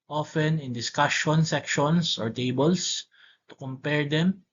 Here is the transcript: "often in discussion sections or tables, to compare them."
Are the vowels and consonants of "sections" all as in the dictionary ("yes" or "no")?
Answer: no